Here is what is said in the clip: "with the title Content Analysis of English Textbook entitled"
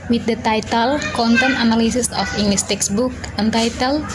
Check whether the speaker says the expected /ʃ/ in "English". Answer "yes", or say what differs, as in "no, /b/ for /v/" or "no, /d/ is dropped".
no, /s/ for /ʃ/